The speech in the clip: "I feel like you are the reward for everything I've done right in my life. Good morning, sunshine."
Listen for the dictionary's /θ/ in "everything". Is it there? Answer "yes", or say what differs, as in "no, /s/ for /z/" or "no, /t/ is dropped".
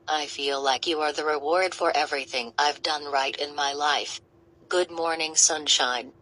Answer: yes